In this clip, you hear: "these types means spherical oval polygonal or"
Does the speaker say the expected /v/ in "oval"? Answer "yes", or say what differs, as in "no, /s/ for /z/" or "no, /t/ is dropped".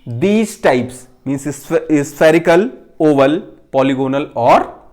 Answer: yes